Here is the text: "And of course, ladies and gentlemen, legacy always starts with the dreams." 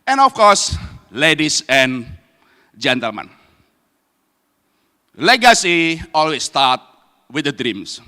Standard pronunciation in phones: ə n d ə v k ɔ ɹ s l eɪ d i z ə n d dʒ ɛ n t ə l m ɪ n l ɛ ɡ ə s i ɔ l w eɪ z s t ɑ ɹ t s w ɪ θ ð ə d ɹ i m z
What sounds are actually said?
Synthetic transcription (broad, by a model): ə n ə f k ɔ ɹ s l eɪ d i s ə n dʒ ɛ n t ə l m ɪ n l ɛ ɡ ə s i ɔ l w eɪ s t ɑ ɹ t w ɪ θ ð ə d ɹ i m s